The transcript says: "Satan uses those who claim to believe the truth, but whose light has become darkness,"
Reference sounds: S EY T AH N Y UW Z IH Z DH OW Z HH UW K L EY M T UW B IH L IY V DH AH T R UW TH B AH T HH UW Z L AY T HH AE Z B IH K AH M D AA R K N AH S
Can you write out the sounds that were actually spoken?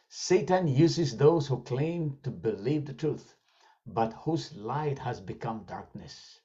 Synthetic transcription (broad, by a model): S EY T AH N Y UW Z IH Z DH OW Z HH UW K L EY M T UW B IH L IY V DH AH T R UW TH B AH T HH UW Z L AY T HH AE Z B IH K AH M D AA R K N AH S